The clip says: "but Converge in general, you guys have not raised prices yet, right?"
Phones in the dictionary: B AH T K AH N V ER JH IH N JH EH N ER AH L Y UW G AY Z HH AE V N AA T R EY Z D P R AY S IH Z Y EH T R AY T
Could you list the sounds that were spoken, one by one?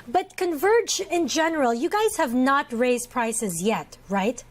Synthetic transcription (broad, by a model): B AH T K AH N V ER JH IH N JH EH N ER AH L Y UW G AY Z HH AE V N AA T R EY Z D P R AY S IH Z Y EH T R AY T